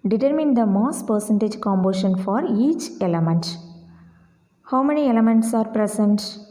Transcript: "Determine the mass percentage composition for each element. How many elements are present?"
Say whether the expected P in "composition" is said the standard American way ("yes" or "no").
no